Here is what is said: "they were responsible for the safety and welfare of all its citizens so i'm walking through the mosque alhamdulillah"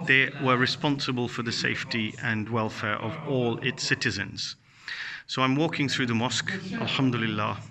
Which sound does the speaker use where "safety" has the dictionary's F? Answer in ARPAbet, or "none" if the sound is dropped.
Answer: F